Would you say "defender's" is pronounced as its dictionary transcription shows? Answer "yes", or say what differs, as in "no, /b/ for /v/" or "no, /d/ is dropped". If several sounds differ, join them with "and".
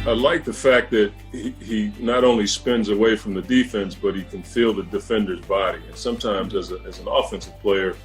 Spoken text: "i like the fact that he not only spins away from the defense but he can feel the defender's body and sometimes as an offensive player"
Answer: yes